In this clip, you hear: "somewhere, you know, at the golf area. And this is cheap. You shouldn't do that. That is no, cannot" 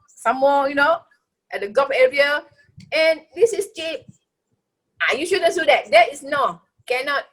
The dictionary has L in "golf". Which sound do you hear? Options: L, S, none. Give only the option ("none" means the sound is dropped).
none